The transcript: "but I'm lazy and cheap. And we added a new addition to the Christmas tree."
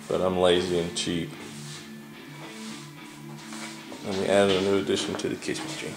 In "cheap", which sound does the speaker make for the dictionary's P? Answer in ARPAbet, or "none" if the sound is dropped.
none